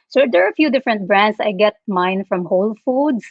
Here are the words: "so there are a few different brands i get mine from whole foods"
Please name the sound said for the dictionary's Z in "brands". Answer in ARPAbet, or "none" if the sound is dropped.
S